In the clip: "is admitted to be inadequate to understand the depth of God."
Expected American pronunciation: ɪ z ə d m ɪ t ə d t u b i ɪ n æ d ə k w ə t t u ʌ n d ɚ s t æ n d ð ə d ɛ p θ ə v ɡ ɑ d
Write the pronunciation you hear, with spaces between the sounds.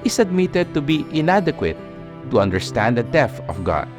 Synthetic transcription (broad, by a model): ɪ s ə d m ɪ t ə d t u b i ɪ n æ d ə k w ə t t u ʌ n d ɚ s t æ n d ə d ɛ θ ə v ɡ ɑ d